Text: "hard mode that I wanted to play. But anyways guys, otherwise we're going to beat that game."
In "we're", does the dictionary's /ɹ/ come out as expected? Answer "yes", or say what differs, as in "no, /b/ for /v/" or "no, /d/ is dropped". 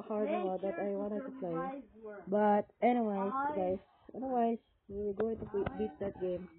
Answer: no, /w/ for /ɹ/